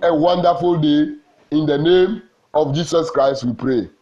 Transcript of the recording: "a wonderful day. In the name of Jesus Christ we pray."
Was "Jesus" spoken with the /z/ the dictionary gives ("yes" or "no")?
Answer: no